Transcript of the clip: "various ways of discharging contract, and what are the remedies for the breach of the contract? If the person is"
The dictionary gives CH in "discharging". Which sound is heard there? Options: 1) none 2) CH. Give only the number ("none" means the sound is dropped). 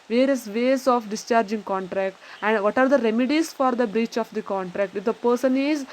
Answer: 2